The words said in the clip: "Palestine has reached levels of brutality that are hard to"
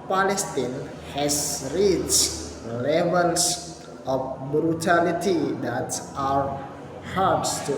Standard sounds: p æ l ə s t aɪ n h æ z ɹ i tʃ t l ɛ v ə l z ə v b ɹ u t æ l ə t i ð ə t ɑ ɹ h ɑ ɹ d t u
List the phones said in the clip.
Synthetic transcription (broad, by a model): p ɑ l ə s t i n h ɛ s ɹ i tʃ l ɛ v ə l s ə f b ɹ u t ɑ l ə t i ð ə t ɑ w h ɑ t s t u